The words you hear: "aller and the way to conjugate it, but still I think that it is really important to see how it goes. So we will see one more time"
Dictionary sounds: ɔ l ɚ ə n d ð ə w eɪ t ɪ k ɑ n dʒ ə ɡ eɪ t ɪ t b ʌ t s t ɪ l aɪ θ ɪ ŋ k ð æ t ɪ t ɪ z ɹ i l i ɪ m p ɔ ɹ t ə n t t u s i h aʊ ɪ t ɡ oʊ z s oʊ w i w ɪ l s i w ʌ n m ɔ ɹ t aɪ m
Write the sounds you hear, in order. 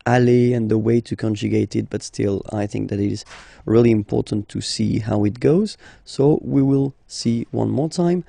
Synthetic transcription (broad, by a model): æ l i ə n ð ə w eɪ t ɪ k ɑ n dʒ ə ɡ eɪ t ɪ t b ʌ t s t ɪ l aɪ θ ɪ ŋ k ð æ t ɪ t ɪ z ɹ i l i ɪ m p ɔ ɹ t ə n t t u s i h aʊ ɪ t ɡ oʊ z s oʊ w i w ɪ l s i w ʌ n m ɔ ɹ t aɪ m